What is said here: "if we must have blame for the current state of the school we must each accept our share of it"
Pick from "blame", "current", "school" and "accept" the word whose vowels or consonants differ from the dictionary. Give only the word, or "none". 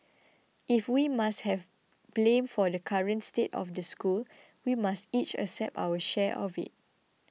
accept